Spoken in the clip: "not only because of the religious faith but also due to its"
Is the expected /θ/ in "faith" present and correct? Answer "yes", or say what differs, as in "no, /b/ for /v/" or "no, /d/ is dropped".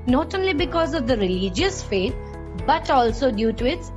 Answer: no, /t/ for /θ/